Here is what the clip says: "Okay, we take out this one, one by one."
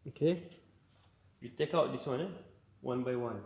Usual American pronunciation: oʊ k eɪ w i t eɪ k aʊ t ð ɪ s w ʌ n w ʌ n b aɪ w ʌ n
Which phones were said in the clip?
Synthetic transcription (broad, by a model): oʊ k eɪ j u t eɪ k aʊ t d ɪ s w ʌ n w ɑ n b aɪ w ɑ n